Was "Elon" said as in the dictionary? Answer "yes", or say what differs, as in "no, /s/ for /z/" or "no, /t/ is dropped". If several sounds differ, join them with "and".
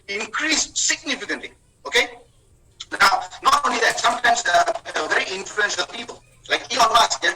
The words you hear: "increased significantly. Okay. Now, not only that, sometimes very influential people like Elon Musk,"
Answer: no, /l/ is dropped